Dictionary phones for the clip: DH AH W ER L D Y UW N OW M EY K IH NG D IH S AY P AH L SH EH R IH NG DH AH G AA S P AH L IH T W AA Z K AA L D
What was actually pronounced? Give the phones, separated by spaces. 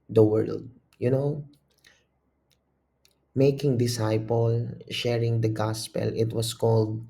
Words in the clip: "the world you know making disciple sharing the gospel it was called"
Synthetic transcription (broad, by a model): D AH W ER L D Y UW N OW M EY K IH NG D IH S AY P AH L SH EH R IH NG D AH G AA S P AH L IH T W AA S K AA L D